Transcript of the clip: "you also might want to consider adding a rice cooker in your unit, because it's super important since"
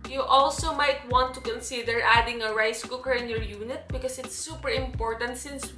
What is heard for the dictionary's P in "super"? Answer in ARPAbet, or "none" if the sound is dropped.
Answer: P